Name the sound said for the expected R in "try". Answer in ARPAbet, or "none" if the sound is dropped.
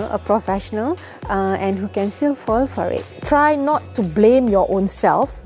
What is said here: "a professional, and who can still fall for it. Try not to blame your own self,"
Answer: R